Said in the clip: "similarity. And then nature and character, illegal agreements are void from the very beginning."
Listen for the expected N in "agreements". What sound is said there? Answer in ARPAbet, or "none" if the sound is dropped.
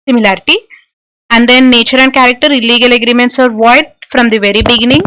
N